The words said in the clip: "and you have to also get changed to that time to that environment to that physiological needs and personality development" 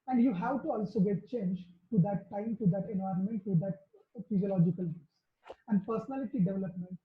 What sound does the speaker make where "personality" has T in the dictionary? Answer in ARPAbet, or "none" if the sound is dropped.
T